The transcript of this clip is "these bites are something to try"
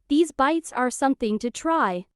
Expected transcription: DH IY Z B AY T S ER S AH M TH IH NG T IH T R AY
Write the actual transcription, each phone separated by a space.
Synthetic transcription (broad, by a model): DH IY Z B AY T S ER S AH M TH IH NG T IH T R AY